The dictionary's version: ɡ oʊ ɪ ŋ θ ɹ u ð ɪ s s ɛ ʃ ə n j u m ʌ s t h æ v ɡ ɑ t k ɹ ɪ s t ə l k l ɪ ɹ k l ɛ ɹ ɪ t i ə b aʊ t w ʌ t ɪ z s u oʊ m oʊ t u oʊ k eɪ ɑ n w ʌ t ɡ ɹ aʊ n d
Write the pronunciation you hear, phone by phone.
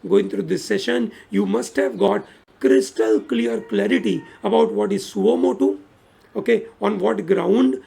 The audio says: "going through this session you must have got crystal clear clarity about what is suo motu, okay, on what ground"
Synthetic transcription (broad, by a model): ɡ oʊ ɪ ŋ t ɹ u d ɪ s s ɛ ʃ ə n j u m ʌ s t h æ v ɡ ɑ t k ɹ ɪ s t ə l k l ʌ ɹ k l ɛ ɹ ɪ t i ə b aʊ t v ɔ t ɪ z s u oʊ m oʊ t u oʊ k eɪ ɑ n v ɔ t ɡ ɹ aʊ n d